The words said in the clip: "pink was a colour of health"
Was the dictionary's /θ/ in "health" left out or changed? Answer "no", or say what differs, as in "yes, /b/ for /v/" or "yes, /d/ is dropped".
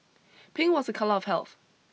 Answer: no